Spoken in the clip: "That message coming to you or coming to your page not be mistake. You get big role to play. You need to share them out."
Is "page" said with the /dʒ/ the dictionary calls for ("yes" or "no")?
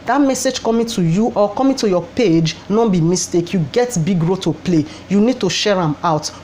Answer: yes